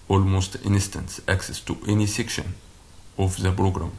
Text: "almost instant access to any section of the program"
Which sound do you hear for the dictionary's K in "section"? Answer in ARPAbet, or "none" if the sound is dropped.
K